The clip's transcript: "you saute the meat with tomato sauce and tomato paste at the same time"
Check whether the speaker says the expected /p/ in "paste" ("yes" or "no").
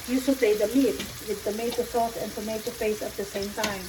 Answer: no